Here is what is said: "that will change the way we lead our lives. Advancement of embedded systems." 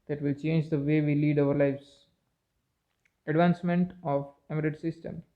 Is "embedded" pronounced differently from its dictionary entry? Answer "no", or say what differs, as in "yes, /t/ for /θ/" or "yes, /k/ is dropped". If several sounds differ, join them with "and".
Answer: yes, /b/ is dropped